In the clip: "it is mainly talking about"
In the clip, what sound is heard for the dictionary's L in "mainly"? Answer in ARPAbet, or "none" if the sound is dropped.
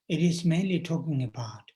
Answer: L